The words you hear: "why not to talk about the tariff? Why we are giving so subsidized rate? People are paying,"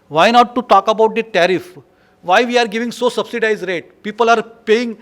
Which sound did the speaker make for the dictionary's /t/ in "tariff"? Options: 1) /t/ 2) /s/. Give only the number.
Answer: 1